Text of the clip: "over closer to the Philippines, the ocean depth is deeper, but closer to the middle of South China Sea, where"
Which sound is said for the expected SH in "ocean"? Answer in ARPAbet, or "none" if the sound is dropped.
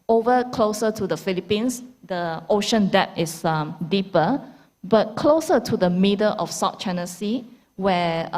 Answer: SH